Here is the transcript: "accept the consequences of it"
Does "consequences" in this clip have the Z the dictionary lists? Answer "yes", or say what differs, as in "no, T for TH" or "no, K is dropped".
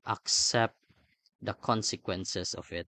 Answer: no, S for Z